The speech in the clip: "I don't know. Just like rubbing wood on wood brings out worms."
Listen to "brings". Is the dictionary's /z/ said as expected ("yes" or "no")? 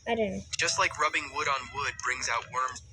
yes